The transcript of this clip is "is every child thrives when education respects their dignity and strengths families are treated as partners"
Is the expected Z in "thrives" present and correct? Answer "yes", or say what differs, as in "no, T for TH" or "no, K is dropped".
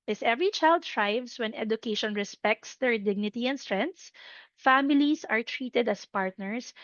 no, S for Z